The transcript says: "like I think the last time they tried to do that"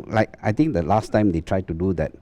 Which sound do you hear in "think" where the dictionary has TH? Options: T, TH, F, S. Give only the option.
T